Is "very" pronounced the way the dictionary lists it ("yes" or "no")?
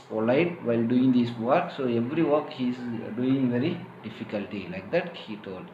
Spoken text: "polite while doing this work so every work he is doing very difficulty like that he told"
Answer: yes